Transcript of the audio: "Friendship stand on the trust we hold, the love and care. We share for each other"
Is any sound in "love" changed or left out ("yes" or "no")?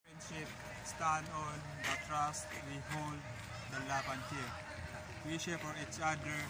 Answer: yes